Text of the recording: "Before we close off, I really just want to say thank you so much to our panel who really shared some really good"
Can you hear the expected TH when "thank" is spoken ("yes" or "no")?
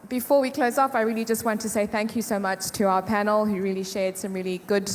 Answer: yes